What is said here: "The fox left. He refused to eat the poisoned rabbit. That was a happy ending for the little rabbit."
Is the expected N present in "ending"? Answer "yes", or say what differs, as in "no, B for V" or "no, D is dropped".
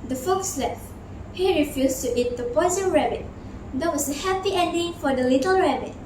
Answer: yes